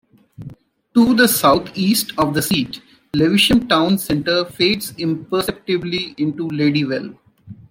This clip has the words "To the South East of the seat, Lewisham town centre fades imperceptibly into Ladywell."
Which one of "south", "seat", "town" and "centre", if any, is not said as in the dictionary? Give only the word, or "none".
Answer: south